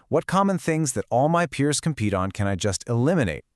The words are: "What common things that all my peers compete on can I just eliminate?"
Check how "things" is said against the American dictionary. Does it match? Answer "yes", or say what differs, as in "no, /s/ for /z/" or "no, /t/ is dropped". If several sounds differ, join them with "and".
yes